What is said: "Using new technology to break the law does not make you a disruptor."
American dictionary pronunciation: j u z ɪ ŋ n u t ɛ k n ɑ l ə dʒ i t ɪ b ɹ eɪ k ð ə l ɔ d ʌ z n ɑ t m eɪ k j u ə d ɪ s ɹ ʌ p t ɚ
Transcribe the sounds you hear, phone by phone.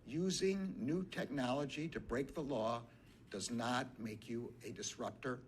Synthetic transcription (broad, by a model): j u z ɪ ŋ n u t ɛ k n ɑ l ə dʒ i t ɪ b ɹ eɪ k ð ə l ɔ d ʌ z n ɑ t m eɪ k j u ə d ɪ s ɹ ʌ p t ɚ